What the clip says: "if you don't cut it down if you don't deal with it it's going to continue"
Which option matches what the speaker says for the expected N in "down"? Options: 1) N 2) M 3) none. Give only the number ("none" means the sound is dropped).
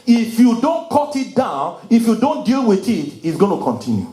1